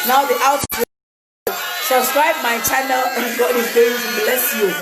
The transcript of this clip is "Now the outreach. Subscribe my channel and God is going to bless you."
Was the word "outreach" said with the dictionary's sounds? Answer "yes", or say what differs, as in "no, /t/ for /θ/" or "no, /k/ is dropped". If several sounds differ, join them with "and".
no, /ɹ/ is dropped